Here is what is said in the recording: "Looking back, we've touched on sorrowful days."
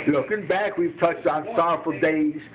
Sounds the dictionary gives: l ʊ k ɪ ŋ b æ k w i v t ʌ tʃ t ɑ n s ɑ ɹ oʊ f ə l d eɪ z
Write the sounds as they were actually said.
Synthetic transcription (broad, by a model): l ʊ k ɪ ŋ b æ k w i v t ʌ tʃ t n s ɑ ɹ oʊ f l d eɪ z